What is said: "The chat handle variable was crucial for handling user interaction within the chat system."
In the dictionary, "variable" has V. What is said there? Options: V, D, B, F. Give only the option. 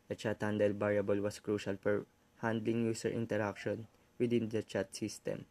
B